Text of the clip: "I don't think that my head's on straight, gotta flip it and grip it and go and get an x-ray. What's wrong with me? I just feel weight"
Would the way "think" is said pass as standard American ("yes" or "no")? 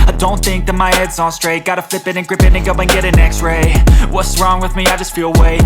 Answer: yes